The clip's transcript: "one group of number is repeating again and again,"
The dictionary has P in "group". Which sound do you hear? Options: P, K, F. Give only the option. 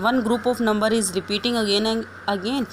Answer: P